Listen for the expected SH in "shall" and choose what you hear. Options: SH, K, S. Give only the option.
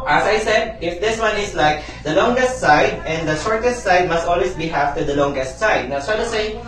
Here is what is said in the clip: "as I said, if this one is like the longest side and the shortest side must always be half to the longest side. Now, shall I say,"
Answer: S